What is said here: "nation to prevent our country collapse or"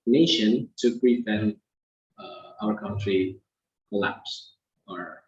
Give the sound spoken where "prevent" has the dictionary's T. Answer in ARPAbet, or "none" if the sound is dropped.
none